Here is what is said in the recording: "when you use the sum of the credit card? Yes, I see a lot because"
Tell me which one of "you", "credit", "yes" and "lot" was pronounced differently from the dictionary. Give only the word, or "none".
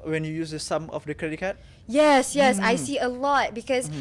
none